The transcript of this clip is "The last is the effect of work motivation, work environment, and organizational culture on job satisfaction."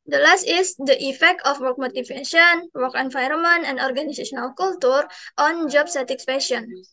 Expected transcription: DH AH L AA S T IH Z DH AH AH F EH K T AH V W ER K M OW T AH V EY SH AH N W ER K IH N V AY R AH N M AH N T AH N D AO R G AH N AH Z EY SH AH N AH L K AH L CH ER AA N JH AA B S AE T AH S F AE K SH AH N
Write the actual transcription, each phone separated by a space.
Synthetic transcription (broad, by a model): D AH L AA S T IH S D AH AH F EH K T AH F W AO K M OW T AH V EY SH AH N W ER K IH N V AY R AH M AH N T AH N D AO R G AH N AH S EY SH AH N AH L K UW L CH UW AA N JH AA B S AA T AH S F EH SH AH N